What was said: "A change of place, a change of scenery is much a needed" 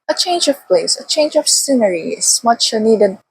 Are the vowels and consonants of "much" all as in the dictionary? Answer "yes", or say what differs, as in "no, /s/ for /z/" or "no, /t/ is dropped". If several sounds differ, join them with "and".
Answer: yes